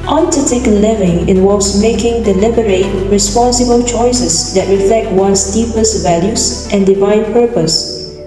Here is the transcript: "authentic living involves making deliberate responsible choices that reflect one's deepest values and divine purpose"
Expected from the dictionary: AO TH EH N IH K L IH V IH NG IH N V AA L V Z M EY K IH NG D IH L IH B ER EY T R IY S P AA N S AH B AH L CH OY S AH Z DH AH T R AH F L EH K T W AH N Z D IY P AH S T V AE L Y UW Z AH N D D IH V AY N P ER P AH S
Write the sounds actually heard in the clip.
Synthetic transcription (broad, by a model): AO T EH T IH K L IH V IH NG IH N W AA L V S M EY K IH NG D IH L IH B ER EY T R IY S P AA N S AH B AH L CH OY S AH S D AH T R AH F L EH K T W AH N S D IY P AH S T V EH L Y UW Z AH N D D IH V AY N P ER P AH S